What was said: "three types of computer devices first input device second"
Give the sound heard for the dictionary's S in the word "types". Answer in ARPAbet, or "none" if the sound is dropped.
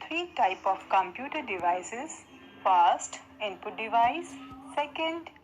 none